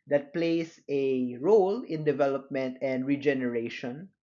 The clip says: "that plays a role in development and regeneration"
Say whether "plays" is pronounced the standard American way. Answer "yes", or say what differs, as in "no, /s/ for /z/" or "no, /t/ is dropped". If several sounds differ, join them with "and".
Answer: no, /s/ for /z/